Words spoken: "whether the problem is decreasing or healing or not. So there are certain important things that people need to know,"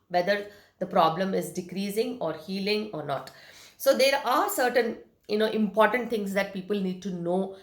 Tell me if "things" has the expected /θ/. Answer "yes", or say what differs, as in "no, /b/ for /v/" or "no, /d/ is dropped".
no, /t/ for /θ/